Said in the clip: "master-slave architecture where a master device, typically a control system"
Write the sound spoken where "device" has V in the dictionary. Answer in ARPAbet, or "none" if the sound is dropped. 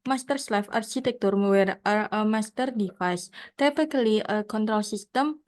F